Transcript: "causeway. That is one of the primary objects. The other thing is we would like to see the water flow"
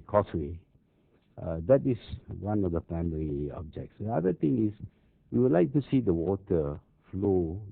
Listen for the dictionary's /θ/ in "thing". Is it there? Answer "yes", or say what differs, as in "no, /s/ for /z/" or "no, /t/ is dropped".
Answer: no, /t/ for /θ/